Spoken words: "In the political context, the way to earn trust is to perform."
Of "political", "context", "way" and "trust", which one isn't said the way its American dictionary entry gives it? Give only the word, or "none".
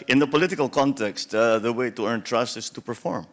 none